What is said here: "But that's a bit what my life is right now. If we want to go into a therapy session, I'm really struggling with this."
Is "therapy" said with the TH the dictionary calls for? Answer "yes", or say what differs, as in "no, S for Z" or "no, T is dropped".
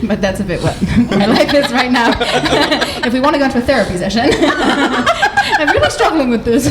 yes